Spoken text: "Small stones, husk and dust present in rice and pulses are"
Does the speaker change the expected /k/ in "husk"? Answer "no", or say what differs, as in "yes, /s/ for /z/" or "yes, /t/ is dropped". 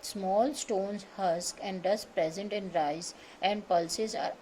no